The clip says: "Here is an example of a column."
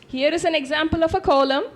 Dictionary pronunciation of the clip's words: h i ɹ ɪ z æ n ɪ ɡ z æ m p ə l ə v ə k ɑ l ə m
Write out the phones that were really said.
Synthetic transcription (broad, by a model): h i ɹ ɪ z æ n ɪ ɡ z æ m p ə l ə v ə k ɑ l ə m